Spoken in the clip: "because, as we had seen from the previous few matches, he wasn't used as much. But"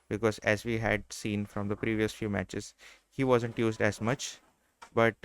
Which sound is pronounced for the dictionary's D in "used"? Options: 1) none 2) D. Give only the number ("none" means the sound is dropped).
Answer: 2